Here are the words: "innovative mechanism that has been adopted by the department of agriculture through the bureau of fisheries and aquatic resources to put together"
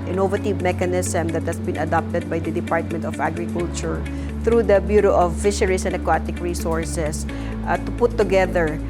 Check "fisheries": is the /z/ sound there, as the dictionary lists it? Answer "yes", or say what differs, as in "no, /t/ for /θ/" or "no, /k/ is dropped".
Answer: no, /s/ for /z/